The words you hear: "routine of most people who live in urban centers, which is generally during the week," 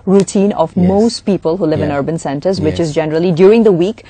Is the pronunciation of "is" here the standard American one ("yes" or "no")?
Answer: yes